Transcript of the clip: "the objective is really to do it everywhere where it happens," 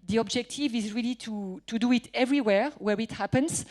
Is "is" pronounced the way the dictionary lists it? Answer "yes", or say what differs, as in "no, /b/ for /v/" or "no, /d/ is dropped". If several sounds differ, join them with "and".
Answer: yes